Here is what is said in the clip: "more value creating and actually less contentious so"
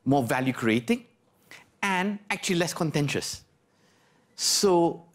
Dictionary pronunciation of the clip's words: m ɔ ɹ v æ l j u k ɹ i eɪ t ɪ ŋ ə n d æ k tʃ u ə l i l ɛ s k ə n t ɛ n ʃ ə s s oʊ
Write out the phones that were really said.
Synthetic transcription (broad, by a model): m ɔ v æ l j u k ɹ i eɪ t ɪ ŋ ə n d æ k tʃ u ə l i l ɛ s k ə n t ɛ n ʃ ə s s oʊ